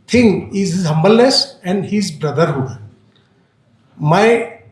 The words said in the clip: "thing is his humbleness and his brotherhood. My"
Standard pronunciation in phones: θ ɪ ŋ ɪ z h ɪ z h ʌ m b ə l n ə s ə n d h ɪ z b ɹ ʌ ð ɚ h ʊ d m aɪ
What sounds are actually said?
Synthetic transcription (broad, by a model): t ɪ ŋ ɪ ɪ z h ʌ m b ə l ə s ə n d h ɪ z b ɹ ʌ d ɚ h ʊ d m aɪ